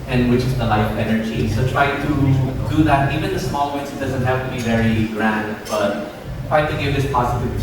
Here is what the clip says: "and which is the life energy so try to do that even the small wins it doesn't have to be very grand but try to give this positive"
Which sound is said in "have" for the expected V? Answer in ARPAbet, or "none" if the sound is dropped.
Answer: P